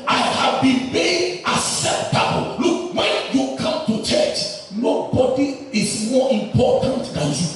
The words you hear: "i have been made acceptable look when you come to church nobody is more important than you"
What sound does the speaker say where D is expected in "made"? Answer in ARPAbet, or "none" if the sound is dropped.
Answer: none